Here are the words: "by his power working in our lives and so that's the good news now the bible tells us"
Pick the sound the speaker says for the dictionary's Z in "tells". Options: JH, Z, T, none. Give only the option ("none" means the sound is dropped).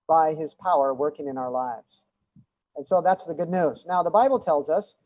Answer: Z